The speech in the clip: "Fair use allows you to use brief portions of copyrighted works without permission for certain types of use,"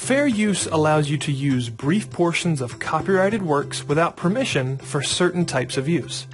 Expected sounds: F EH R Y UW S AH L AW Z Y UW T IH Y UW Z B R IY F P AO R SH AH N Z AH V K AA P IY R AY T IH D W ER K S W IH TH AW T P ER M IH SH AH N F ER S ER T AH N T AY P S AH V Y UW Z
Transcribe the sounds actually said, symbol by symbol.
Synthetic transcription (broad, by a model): F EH R Y UW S AH L AW Z Y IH T IH Y UW Z B R IY F P AO R SH AH N Z AH V K AA P IY R AY T IH D W ER K S W IH TH AW T P ER M IH SH AH N F ER S ER T N T AY P S AH V Y UW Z